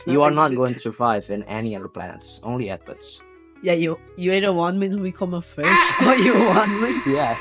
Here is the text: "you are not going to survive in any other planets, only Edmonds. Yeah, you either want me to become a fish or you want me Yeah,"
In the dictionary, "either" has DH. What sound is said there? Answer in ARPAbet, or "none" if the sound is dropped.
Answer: none